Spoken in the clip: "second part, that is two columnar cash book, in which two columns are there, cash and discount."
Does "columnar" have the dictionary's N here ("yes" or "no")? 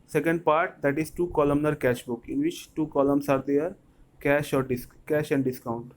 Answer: yes